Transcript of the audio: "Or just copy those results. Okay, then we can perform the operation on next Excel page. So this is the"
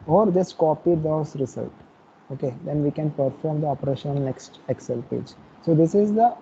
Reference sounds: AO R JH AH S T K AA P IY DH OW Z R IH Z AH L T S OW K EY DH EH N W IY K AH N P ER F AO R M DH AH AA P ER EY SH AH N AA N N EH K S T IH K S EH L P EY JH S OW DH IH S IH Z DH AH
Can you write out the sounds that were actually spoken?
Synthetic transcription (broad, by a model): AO R JH AH S T K AA P IY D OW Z R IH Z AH L T OW K EY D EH N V IY K AH N P ER F AO R M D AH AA P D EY SH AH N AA L N EH K S T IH K S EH L P EY JH S OW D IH S IH Z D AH